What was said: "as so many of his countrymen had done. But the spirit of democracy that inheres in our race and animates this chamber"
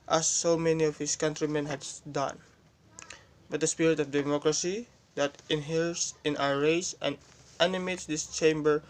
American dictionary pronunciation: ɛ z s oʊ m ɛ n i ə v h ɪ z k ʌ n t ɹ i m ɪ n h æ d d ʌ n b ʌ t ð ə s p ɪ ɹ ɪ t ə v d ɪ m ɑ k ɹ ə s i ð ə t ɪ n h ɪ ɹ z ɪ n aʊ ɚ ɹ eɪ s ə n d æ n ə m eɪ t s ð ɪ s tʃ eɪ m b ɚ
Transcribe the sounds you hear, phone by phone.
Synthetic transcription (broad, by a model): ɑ s oʊ m ɛ n i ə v h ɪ s k ʌ n t ɹ i m ɪ n h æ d d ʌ n b ʌ t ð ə s p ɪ ɹ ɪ t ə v d ɪ m ɑ k ɹ ə s i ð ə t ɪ n h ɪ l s ɪ n aʊ ɚ ɹ eɪ s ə n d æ n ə m eɪ t s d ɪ s tʃ eɪ m b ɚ